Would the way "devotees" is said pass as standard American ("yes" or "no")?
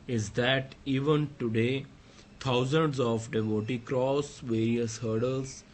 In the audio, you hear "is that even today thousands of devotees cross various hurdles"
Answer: no